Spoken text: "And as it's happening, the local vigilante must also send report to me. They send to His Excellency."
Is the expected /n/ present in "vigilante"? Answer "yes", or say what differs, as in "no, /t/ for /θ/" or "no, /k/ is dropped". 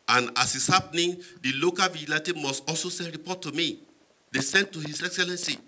no, /n/ is dropped